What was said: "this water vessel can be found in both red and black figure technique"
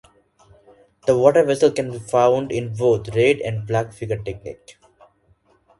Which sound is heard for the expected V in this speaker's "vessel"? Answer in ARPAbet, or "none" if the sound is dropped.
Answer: V